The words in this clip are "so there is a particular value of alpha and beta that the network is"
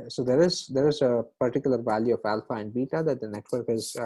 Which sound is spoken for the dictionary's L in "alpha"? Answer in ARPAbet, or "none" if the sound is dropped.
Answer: L